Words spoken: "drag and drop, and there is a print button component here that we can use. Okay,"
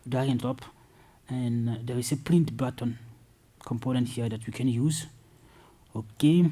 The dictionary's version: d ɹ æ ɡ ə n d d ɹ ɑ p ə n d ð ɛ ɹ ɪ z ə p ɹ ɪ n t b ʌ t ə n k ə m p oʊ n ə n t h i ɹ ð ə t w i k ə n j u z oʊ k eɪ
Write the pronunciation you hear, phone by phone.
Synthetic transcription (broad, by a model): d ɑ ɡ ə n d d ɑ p ə n d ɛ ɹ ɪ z ə p l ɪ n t b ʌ t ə n k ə m p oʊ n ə n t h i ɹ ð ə t w i k ə n j u z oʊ k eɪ